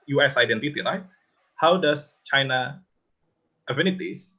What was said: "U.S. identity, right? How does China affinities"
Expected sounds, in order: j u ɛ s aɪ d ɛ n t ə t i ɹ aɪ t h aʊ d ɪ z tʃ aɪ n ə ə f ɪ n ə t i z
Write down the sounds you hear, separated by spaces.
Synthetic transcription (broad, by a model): j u ɛ s aɪ d ɛ n t ə t i ɹ aɪ t h aʊ d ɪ s tʃ aɪ n ə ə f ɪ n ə t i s